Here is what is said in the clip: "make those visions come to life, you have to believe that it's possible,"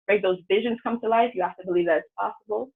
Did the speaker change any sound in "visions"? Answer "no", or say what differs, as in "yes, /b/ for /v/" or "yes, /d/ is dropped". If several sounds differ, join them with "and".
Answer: no